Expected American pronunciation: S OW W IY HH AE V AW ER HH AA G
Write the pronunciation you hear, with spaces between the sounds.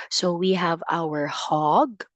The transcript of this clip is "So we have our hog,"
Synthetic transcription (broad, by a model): S OW W IY HH AE V AW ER HH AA G